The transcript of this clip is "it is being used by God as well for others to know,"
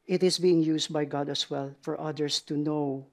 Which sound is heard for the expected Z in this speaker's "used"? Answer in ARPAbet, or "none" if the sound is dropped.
S